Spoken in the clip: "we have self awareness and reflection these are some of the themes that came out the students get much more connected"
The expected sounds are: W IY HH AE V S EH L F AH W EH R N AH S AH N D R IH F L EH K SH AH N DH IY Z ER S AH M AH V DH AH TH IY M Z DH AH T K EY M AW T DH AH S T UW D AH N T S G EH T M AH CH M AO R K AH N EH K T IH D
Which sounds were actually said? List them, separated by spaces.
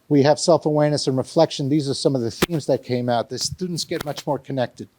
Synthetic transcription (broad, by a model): W IY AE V S EH L F AH W EH R N AH S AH N R IH F L EH K SH AH N DH IY Z ER S AH M AH V DH AH TH IY M Z DH AH T K EY M AW T DH AH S T UW D N T S G EH T M AH CH M AO R K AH N EH K T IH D